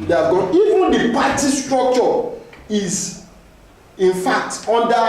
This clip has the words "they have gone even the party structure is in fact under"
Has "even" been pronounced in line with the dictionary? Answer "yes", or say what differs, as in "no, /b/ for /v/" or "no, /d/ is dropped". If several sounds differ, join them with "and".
yes